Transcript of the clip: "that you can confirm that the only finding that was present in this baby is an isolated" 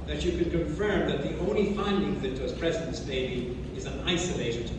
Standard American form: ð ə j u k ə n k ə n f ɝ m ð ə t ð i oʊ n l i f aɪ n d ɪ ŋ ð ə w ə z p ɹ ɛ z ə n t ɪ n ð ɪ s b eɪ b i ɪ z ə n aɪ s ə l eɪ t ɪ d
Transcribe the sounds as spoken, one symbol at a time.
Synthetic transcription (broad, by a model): ð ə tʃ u k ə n k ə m f ɝ m ð ə t ð i oʊ n l i f aɪ n d ɪ ŋ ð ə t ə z p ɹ ɛ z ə t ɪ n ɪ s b eɪ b i ɪ z ə n aɪ s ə l eɪ t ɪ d